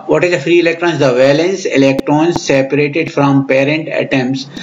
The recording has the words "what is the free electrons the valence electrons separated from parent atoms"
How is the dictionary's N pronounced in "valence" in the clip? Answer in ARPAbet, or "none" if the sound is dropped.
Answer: N